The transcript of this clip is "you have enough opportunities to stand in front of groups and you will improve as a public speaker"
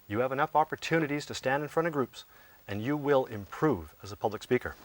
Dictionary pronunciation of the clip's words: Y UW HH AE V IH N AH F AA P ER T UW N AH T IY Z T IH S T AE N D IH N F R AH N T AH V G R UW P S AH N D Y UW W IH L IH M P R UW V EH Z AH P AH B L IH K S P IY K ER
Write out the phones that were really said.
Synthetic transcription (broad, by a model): Y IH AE V IH N AH F AA P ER T UW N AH T IY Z T IH S T AE N D IH N F R AH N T AH V G R UW P S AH N Y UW W IH L IH M P R UW V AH Z AH P AH B L IH K S P IY K ER